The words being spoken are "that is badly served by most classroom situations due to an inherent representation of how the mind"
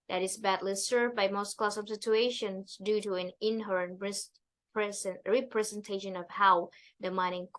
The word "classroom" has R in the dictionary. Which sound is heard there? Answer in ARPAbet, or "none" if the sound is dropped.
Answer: none